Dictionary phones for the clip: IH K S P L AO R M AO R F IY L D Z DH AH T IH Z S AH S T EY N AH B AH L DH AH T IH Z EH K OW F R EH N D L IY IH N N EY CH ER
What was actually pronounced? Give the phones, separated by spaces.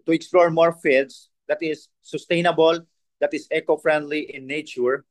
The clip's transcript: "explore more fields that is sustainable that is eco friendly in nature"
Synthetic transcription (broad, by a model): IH K S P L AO R M AO R F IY D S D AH T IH S AH S T EY N AH B AH L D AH T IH S EH K OW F R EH N D L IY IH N N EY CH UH